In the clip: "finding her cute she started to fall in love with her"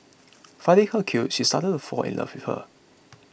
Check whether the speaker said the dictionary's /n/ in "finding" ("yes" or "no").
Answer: no